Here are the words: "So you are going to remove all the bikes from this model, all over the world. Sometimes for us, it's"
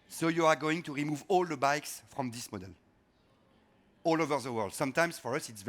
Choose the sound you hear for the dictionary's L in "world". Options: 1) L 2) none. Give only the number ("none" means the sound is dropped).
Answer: 1